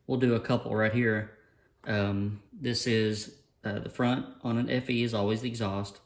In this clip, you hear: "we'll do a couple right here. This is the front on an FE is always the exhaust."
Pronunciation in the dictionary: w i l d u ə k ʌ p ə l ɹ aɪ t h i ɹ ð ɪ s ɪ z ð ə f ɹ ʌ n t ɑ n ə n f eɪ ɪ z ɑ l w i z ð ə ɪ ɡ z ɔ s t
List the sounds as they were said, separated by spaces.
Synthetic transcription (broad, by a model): w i l d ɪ ə k ʌ p l ɹ aɪ t h i ɹ ð ɪ s ɪ z ð ə f ɹ ʌ n t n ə n f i ɪ z ɑ l w i z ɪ ɡ z ɔ s t